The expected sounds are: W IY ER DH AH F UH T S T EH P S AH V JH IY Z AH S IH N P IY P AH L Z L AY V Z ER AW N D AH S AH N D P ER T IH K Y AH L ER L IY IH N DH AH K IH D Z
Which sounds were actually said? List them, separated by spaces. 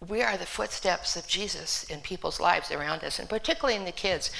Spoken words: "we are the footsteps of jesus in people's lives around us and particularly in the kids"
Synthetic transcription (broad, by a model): W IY ER DH AH F UH T S T EH P S AH V JH IY Z AH S IH N P IY P L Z L AY V Z ER AW N D AH S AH N P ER T IH K Y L L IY IH N DH AH K IH D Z